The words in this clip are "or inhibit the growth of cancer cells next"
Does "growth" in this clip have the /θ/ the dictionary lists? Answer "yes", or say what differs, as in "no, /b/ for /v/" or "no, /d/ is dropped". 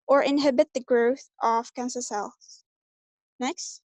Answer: yes